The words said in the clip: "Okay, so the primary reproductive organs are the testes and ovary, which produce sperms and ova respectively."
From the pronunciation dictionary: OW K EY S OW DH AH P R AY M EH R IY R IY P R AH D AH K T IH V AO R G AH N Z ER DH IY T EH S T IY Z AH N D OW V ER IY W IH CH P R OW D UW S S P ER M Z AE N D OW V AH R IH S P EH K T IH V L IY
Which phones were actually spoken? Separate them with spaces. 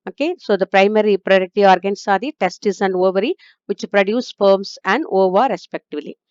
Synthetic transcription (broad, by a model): OW K EY S OW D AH P R AY M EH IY R IY P R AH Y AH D T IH AO R G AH N S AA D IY T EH S T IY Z AH N D OW V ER IY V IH CH P R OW D UW S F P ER M S AE N D OW V AH R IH S P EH K T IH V L IY